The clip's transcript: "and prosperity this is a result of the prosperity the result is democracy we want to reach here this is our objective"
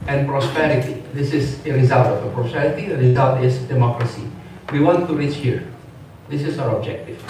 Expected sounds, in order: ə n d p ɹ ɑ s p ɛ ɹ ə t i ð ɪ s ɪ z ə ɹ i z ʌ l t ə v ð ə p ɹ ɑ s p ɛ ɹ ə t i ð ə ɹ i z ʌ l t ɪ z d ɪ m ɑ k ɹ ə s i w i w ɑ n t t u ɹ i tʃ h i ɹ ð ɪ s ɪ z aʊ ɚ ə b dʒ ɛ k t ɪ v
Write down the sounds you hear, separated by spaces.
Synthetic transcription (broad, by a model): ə n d p ɹ ɑ s p ɛ ɹ ə t i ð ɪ s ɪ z ə ɹ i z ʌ l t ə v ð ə p ɹ ɑ s p ɛ ɹ ə t i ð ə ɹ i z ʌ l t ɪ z d ɪ m ɑ k ɹ ə s i w i w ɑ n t t u ɹ i tʃ h i ɹ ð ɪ s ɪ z aʊ ɚ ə b dʒ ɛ k t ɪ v